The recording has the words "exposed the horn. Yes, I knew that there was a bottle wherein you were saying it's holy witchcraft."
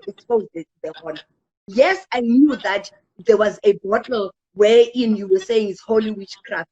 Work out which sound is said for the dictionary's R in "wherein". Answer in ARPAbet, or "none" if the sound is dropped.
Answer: none